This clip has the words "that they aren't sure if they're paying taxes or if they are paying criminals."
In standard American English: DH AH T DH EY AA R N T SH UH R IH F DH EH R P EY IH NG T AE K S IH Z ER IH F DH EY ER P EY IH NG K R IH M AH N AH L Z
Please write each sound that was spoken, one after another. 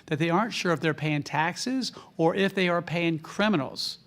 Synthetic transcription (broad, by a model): DH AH T DH EY AA R N T SH UH R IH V DH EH R P EY IH NG T AE K S IH Z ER IH F DH EY ER P EY IH NG K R IH M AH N L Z